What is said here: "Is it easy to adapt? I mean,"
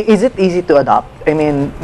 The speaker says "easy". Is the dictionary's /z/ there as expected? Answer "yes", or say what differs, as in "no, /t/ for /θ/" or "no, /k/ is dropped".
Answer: yes